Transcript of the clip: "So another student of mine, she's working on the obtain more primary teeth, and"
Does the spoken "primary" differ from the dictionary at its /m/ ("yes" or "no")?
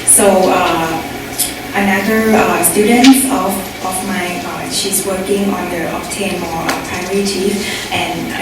yes